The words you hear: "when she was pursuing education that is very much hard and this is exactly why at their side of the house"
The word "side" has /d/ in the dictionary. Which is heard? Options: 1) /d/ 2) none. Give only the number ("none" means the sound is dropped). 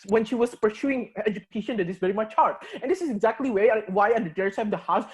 2